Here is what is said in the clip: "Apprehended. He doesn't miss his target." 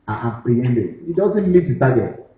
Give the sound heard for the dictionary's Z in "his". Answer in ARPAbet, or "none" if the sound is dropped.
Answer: S